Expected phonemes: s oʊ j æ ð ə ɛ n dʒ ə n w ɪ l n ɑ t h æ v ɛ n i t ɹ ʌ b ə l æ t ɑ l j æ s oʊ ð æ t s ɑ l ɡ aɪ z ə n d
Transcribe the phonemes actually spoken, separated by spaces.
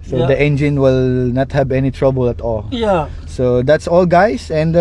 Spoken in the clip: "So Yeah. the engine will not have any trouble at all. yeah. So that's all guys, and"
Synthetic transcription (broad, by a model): s oʊ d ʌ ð ɛ n dʒ ə n w ɪ l n ɑ t h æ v ɛ n i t ɹ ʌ b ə l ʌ t ɑ l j s oʊ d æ t s ɑ l ɡ aɪ s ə n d